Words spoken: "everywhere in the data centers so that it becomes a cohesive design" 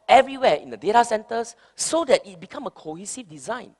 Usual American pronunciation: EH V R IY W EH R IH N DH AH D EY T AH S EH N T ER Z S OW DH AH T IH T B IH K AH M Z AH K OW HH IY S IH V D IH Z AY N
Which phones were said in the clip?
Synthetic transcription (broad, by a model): EH V R IY W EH IH N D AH D EY T AH S EH N T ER S OW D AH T IH T B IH K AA M AH K OW HH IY S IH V D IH Z AY N